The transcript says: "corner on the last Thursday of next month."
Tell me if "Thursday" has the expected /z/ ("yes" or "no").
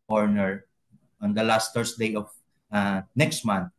no